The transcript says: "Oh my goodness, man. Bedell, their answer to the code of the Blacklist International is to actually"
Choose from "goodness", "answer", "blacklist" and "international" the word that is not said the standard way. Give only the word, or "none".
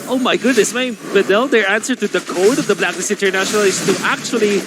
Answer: blacklist